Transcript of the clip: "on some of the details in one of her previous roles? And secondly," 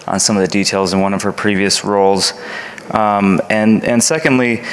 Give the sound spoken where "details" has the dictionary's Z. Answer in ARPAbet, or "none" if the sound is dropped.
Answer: Z